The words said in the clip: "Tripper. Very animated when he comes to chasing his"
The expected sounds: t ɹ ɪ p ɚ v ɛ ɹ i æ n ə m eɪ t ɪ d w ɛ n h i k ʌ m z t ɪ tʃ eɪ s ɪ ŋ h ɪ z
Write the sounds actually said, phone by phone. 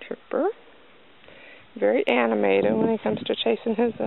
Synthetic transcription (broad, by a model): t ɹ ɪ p ɚ v ɛ ɹ i æ n ə m eɪ t ɪ d w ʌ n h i k ʌ m z t ɪ tʃ eɪ s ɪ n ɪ z